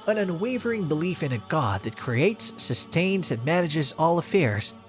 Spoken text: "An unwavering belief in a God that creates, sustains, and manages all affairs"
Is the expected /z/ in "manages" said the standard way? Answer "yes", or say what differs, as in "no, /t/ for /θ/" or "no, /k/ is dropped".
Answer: yes